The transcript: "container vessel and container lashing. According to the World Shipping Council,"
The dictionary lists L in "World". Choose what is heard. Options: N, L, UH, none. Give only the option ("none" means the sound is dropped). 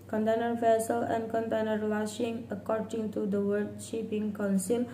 none